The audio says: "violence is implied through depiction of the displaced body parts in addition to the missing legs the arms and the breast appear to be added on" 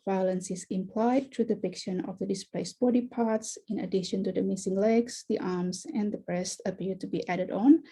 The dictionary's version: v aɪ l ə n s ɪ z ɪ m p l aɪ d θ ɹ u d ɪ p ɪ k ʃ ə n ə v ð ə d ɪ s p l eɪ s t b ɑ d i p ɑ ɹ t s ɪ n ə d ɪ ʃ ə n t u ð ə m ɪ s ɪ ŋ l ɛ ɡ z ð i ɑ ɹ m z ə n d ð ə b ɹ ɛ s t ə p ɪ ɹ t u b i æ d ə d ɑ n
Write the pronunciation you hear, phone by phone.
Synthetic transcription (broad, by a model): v aɪ l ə n s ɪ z ɪ m p l aɪ d t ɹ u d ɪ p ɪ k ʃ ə n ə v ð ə d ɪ s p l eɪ s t b ɑ d i p ɑ ɹ t s ɪ n ə d ɪ ʃ ə n t u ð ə m ɪ s ɪ ŋ l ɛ ɡ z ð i ɑ ɹ m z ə n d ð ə b ɹ ɛ s t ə p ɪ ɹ t u b i æ d ə d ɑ n